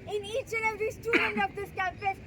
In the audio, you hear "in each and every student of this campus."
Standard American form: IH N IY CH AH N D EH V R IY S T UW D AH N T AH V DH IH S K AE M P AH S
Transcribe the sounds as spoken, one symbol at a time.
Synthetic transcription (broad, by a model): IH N IY CH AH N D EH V IY S T UW D AH N T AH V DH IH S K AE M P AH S